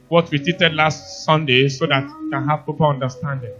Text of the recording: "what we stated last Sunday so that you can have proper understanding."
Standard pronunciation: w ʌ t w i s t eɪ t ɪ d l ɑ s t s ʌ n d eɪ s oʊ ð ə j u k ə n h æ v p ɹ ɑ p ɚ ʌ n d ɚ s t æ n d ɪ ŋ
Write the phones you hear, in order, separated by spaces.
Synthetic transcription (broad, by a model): w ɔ t w i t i t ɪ d l ɑ s t s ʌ n d eɪ s oʊ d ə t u k ə n h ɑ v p ɑ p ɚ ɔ n d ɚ s t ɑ n d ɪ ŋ